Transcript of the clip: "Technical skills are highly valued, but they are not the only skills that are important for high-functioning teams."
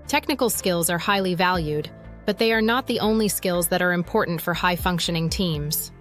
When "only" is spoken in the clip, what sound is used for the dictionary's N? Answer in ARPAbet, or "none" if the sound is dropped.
N